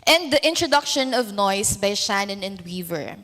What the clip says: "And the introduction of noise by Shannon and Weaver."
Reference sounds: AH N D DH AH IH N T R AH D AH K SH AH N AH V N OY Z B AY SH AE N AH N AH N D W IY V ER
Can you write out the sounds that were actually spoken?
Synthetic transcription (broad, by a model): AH N D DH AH IH N T R AH D AH K SH AH N AH V N OY S B AY SH AE N AH N AH N D W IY V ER